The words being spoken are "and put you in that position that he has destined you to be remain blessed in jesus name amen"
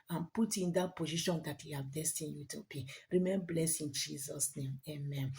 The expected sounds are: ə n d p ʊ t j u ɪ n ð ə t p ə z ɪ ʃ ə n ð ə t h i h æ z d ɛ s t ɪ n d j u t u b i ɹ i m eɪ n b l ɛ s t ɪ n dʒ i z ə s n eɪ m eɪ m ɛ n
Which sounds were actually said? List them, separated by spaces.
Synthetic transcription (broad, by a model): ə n p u t ɪ n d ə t p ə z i ʃ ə n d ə t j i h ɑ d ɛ s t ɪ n j u t u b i ɹ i m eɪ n b l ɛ s ɪ n dʒ i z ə s n eɪ m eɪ m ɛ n